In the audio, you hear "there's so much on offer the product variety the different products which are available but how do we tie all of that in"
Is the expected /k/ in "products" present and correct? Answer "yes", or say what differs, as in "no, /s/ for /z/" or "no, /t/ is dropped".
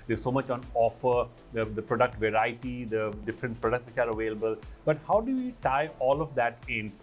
yes